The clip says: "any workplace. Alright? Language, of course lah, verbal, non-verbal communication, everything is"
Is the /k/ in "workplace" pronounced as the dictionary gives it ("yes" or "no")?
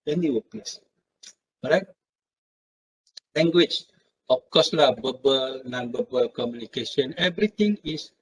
no